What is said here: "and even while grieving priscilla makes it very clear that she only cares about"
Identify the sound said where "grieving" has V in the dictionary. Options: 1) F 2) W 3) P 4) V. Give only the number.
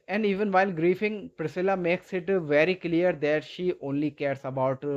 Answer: 1